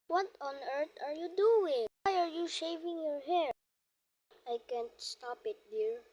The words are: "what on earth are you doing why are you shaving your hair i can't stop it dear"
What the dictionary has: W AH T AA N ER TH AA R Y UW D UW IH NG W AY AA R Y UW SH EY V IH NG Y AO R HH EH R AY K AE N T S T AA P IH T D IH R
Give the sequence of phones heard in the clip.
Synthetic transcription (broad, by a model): W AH T AA N ER T AA R Y UW D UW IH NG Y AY AA R Y UW SH EY V IH NG Y AO R HH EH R AY K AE N T S T AA P IH T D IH R